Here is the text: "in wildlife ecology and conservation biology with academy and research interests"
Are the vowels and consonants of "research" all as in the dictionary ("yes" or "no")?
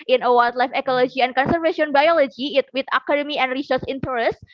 no